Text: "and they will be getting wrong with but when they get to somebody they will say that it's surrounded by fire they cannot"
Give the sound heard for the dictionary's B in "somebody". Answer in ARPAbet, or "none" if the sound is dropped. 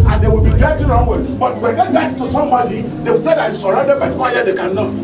none